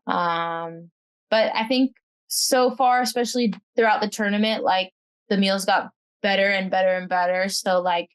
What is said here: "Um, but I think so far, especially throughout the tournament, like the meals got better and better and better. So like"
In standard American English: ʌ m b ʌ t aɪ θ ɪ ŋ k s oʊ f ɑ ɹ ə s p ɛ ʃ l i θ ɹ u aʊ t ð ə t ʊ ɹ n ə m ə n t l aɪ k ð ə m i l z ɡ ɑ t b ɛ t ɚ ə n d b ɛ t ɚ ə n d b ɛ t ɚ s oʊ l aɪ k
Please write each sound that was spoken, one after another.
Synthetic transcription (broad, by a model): ʌ m b ʌ t aɪ θ ɪ ŋ k s oʊ f ɑ ɹ ə s p ɛ ʃ l i θ ɹ u aʊ t ð ə t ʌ ɹ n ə m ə n t l aɪ k ð ə m i l z ɡ ɑ t b ɛ t ɚ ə n b ɛ t ɚ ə n b ɛ t ɚ s oʊ l aɪ k